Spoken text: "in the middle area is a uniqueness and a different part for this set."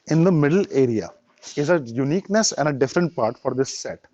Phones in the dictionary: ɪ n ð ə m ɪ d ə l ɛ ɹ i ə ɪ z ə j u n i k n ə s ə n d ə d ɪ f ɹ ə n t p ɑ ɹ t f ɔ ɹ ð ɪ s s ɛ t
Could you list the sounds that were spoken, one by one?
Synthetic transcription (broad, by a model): ɪ n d ə m ɪ d ə l ɛ ɹ i ə ɪ z ə j u n i k n ə s ə n d ə d ɪ f ɹ ə n t p ɑ ɹ t f ɔ ɹ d ɪ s s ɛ t